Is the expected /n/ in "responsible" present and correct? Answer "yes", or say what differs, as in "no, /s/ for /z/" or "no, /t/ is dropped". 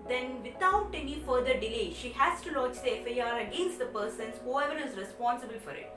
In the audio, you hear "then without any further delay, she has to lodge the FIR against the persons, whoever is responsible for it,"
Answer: yes